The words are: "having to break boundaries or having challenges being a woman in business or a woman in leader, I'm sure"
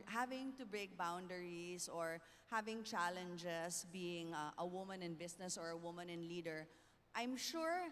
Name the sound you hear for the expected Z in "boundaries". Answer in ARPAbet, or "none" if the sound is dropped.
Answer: S